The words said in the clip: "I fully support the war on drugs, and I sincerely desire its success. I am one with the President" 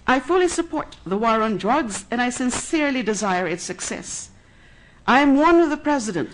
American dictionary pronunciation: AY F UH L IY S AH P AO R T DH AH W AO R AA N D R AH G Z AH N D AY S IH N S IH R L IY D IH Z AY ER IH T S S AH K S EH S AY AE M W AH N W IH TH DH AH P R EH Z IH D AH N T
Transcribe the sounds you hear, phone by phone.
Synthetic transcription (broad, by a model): AY F UH L IY S AH P AO R T DH AH W AO R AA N D R AH G Z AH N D AY S IH N S IH R L IY D IH Z AY ER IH T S S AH K S EH S AY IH M W AH N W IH DH AH P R EH Z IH D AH N T